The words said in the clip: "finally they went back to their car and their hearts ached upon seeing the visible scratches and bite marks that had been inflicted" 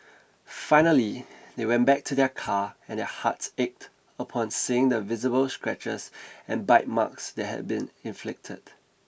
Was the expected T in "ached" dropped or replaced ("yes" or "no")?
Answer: no